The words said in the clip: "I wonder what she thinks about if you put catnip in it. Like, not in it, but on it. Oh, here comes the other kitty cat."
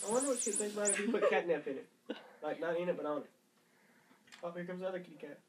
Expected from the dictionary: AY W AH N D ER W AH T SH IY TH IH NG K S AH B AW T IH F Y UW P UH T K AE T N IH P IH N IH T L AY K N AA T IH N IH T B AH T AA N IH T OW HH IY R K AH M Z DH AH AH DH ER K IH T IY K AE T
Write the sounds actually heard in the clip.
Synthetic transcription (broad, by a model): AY W AH N D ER W AH T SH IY S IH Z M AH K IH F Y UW P UH T K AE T N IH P IH N IH T L AY K N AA T IH N IH T B AH T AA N IH T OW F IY K AH M Z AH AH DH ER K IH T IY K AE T